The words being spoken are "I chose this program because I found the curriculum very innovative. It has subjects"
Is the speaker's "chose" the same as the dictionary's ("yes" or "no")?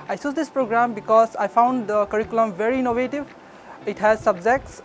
no